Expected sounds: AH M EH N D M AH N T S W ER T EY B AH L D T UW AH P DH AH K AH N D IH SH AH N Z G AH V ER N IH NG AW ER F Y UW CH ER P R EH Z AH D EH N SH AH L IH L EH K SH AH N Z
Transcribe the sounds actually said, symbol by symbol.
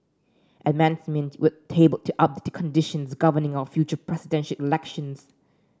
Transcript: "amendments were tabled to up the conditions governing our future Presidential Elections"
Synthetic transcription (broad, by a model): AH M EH N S M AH N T W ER T EY B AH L T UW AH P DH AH K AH N D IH SH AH N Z G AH V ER N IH NG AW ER F Y UW CH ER P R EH S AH D EH N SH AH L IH L EH K SH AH N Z